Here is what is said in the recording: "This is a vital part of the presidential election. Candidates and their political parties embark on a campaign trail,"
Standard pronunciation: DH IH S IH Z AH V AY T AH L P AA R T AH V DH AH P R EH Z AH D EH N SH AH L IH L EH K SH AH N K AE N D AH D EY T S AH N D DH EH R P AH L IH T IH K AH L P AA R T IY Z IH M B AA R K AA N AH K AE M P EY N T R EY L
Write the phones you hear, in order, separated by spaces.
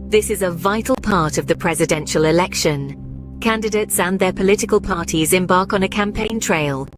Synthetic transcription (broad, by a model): DH IH S IH Z AH V AY T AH L P AA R T AH V DH AH P R EH Z AH D EH N SH AH L IH L EH K SH AH N K AE N D AH D EY T S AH N DH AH P AH L IH T IH K AH L P AA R T IY Z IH M B AA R K N AH K AE M P EY N T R EY L